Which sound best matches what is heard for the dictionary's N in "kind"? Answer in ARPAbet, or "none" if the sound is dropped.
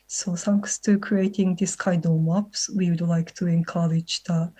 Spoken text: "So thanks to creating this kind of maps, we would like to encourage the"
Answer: none